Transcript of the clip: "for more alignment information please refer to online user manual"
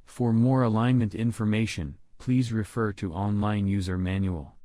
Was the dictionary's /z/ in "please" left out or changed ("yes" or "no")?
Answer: no